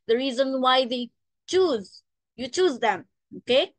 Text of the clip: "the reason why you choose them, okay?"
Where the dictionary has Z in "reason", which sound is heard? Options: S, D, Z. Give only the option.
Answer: Z